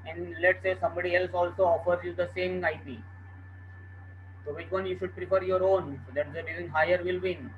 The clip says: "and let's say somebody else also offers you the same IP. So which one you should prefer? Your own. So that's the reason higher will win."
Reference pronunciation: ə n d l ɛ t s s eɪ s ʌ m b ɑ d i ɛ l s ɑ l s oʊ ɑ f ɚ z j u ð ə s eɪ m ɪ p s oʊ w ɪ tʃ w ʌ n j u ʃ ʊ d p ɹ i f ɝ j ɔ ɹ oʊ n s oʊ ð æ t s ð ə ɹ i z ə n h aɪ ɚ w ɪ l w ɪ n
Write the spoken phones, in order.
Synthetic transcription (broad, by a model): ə n d l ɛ t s s eɪ s ʌ m b ɑ d i ɛ l s ɑ l s oʊ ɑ f ɚ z j u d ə s eɪ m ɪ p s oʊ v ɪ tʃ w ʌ n j u ʃ ʊ d p ɹ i p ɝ j ɔ ɹ oʊ n s oʊ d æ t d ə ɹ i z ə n h aɪ ɚ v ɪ l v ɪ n